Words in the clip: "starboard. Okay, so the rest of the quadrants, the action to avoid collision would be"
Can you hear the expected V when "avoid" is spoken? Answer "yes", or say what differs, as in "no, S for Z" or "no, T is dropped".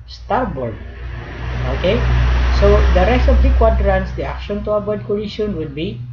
no, B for V